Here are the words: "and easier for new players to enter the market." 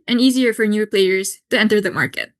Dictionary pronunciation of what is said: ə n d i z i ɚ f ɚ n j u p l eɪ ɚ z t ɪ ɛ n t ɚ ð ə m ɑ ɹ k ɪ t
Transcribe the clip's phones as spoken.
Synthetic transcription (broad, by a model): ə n i z i ɚ f ɚ n j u p l eɪ ɚ z t ɪ ɛ n t ɚ ð ə m ɑ ɹ k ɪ t